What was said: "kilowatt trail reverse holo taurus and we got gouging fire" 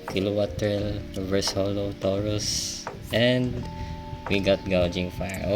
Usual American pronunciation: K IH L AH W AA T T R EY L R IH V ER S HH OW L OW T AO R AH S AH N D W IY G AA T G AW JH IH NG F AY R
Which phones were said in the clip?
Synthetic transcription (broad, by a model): K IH L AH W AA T T EY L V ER S HH OW L OW T AO R AH S AH N D W IY G AA T G AW JH IH NG F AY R